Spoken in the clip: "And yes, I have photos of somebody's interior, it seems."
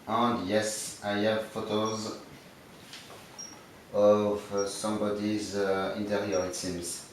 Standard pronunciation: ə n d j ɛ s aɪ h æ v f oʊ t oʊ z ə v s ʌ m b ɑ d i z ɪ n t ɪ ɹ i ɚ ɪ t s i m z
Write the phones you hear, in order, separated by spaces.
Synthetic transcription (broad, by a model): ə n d j ɛ s aɪ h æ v f oʊ t oʊ z ə v s ʌ m b ɑ d i z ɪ n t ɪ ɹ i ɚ ɪ t s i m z